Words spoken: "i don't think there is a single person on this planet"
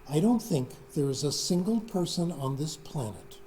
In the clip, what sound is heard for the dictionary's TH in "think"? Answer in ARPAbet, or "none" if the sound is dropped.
TH